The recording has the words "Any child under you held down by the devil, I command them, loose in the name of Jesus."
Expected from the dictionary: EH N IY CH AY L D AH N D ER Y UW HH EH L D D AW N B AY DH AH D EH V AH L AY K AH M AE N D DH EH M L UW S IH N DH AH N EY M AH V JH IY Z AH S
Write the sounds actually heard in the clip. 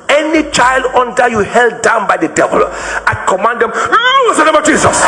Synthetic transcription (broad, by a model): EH N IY CH AY L D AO N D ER Y UW HH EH L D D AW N B AY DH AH D EH V AH L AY K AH M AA N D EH M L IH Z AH N EY M AH V JH IY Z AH S